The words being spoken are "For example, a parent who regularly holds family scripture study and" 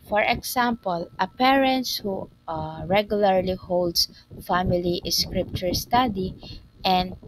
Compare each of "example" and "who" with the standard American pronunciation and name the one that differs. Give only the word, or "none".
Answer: example